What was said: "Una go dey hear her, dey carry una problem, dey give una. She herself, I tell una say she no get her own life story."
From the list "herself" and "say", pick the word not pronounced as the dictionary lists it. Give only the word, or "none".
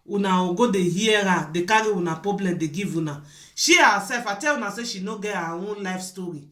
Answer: herself